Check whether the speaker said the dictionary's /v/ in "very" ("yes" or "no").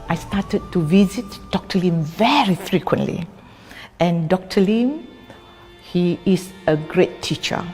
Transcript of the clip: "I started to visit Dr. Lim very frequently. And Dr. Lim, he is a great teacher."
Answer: yes